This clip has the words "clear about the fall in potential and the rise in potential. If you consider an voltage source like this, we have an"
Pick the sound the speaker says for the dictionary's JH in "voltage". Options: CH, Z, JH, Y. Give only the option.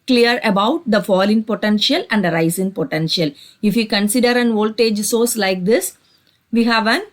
JH